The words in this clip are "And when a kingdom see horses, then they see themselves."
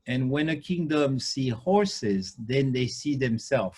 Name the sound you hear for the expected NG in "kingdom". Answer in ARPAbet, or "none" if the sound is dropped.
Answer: NG